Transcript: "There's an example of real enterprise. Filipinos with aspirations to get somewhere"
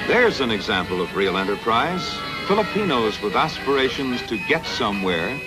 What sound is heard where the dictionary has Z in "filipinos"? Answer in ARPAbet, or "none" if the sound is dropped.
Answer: Z